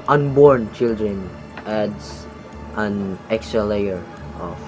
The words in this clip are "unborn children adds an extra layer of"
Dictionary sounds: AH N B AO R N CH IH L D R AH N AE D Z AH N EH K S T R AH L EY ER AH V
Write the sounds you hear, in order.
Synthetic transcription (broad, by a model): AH N B AO R N CH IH L D R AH N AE D S AH N EH K S T R AH L EY ER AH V